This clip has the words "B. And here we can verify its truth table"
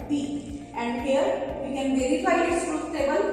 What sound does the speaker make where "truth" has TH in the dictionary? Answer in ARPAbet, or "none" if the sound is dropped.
S